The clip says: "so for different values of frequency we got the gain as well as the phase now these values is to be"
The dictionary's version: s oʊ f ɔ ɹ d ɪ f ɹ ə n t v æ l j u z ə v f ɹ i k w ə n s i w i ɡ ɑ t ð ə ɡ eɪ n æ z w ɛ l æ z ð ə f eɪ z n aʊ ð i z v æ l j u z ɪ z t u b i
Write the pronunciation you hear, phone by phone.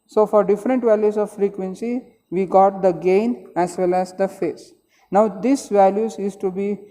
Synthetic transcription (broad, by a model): s oʊ f ɔ ɹ d ɪ f ɹ ə n t v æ l j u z ə v f ɹ i k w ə n s i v i ɡ ɑ t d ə ɡ eɪ n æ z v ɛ l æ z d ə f eɪ s n aʊ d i s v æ l j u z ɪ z t u b i